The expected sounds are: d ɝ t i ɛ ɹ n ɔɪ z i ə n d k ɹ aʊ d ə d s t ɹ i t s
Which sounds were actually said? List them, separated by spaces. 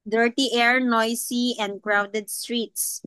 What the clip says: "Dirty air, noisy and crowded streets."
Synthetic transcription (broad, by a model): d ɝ t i ɛ ɹ n ɔɪ s i ə n d k ɹ aʊ d ə d s t ɹ i t s